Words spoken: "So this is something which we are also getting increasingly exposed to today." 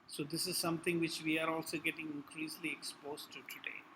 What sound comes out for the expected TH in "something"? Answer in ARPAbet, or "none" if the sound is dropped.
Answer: T